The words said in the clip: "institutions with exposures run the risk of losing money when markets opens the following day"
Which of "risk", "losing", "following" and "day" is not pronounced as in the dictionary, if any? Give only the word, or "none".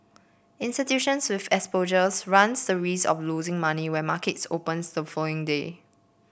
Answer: risk